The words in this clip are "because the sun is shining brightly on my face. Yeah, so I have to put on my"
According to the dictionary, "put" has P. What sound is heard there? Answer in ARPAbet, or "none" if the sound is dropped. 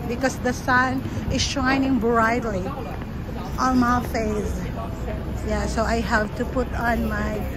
P